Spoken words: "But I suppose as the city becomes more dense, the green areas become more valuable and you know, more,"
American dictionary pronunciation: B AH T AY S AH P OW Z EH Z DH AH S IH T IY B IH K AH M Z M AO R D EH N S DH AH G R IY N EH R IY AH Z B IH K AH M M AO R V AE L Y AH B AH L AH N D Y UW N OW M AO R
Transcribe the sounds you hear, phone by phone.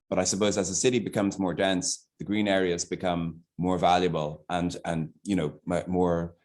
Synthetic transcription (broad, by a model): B AH T AY S AH P OW Z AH Z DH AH S IH T IY B IH K AH M Z M AO R D EH N S DH AH G R IY N EH R IY AH Z B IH K AH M M AO R V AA L Y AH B AH L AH N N Y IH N OW M AO R